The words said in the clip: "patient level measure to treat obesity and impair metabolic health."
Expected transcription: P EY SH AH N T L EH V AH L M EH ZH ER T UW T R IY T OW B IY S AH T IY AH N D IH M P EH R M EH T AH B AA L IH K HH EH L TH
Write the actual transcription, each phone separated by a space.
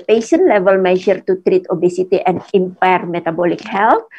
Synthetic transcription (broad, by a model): P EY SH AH N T L EH V AH L M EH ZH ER T UW T R IY T OW B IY S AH T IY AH N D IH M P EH R M EH T AH B AA L IH K HH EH L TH